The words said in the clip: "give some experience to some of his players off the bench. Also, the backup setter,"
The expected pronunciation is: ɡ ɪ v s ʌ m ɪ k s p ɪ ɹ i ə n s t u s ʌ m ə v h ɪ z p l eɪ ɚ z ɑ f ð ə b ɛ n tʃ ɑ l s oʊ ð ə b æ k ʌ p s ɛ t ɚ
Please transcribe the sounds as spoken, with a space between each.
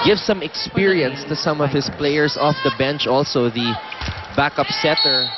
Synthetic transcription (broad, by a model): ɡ ɪ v s ʌ m ɪ k s p ɪ ɹ i ə n s t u s ʌ m ə v h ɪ s p l eɪ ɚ s ɑ f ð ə b ɛ n tʃ ɑ l s oʊ ð ə b æ k ʌ p s ɛ t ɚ